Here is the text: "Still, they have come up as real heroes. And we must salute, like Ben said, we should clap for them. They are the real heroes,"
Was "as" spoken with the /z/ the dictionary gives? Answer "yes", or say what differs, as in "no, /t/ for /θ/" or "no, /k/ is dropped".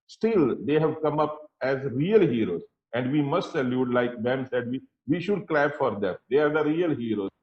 yes